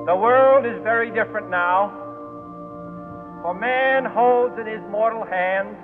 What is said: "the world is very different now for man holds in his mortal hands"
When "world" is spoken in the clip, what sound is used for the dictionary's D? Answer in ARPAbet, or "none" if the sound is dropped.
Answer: D